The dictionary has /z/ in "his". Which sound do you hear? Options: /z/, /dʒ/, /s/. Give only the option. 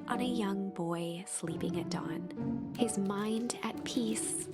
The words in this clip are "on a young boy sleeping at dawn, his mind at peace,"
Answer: /z/